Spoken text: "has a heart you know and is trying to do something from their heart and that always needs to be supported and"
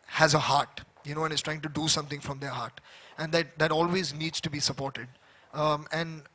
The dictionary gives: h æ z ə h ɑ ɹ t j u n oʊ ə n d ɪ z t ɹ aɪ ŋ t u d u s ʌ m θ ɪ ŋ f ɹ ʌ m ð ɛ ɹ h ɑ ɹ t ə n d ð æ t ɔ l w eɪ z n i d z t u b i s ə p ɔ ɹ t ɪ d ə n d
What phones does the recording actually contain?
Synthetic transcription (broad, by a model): h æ z ə h ɑ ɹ t j u n oʊ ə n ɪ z t ɹ aɪ ŋ t u d u s ʌ m t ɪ ŋ f ɹ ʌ m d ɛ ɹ h ɑ ɹ t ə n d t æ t ɔ l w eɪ z n i d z t u b i s ə p ɔ ɹ t ɪ d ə n d